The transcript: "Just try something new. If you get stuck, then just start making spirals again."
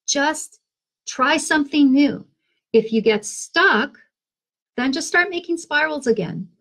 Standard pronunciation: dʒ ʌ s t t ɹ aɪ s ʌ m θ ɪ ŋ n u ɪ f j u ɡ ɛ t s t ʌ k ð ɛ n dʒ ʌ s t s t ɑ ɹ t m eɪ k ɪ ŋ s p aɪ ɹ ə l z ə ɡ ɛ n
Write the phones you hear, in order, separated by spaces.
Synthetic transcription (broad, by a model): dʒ ʌ s t t ɹ aɪ s ʌ m θ ɪ ŋ n u ɪ f j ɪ ɡ ɛ t s t ʌ k ð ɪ n dʒ ʌ s t s t ɑ ɹ t m eɪ k ɪ ŋ s p aɪ ɹ l z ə ɡ ɛ n